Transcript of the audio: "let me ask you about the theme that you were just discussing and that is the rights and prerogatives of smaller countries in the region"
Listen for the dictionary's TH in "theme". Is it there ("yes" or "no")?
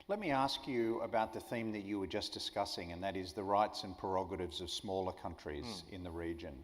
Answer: yes